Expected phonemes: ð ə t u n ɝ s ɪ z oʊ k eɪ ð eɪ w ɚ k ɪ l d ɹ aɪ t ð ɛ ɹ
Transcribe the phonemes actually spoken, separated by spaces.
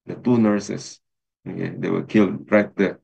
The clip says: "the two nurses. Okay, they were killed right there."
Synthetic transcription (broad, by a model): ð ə t u n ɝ s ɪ s oʊ k eɪ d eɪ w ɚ k ɪ l d ɹ aɪ t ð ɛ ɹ